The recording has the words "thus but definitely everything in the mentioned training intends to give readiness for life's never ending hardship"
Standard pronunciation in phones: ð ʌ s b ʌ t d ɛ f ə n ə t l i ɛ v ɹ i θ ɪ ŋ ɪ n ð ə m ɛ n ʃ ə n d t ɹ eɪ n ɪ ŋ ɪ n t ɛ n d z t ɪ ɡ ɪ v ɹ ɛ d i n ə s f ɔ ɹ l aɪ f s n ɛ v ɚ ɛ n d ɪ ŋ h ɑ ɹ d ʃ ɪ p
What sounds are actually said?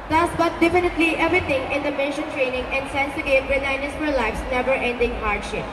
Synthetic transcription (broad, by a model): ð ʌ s b ʌ t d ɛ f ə n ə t l i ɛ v ɹ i t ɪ ŋ ɪ n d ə m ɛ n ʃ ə n t ɹ eɪ n ɪ ŋ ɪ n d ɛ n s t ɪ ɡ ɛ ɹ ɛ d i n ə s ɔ l l aɪ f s n ɛ v ɚ ɛ n d ɪ ŋ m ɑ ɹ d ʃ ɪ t